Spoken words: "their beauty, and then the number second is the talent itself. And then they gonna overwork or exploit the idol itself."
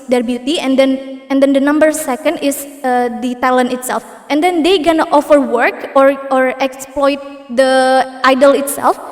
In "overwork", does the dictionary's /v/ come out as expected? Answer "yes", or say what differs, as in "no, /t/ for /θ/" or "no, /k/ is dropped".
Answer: no, /f/ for /v/